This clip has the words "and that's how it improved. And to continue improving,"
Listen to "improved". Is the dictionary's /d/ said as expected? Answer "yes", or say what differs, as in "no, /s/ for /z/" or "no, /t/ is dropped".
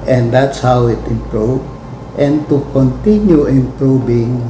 no, /d/ is dropped